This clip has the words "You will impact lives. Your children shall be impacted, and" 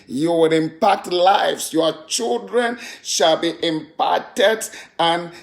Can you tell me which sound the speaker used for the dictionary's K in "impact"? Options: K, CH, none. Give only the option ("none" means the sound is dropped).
K